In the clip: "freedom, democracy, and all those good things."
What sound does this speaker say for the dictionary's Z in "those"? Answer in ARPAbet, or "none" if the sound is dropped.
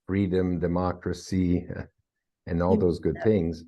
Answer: Z